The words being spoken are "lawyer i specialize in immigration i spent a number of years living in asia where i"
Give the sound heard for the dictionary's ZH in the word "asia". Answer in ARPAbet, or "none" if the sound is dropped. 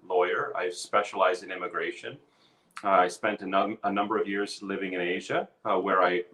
ZH